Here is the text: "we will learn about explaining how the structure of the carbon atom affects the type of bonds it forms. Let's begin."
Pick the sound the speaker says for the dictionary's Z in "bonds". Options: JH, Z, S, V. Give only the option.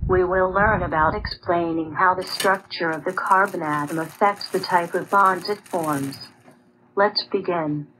Z